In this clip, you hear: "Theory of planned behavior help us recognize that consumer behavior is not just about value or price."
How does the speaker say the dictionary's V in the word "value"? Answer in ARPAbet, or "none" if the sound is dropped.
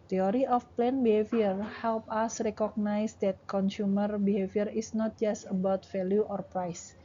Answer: F